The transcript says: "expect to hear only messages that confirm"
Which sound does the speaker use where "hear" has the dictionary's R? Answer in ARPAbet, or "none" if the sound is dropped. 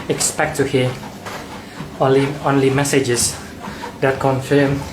L